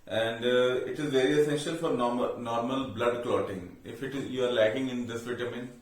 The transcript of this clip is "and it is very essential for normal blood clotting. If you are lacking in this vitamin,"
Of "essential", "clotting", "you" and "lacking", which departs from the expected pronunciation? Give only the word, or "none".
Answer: none